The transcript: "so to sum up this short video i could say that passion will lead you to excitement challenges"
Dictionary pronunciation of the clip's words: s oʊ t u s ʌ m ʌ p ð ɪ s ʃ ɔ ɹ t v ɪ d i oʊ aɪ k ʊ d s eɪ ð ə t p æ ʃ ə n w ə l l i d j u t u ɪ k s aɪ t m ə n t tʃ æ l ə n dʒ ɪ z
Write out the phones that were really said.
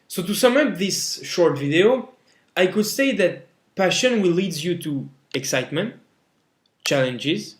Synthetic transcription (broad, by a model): s oʊ t u s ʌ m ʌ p ð ɪ s ʃ ɔ ɹ t v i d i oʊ aɪ k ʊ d s eɪ ð ə t p æ ʃ ə n w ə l l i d j u t u ɪ k s aɪ t m ə n t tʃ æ l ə n dʒ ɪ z